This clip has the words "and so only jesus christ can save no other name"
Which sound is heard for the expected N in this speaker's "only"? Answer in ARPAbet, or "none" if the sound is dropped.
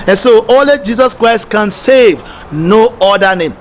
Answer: none